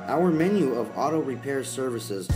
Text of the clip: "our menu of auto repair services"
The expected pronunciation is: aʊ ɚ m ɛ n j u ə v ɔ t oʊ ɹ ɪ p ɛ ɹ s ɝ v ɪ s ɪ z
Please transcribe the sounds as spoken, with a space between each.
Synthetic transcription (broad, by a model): aʊ ɚ m ɛ n j u ə v ɔ t oʊ ɹ ɪ p ɛ ɹ s ɝ v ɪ s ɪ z